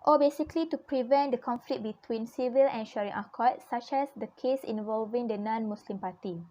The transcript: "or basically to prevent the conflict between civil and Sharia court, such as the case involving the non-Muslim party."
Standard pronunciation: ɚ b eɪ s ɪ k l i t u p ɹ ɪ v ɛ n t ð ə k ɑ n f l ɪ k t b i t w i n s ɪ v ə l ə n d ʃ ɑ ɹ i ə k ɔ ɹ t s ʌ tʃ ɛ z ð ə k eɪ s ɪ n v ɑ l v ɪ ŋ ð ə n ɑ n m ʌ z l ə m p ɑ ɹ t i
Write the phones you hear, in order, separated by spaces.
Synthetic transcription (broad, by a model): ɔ b eɪ s ɪ k l i t u p ɹ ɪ v ɛ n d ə k ɑ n f l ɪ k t b i t w i n s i v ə l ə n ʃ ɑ ɹ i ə k ɔ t s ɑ tʃ ɛ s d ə k eɪ s ɪ n v ɑ l v ɪ ŋ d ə n ɑ n m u s l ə m p ɑ t i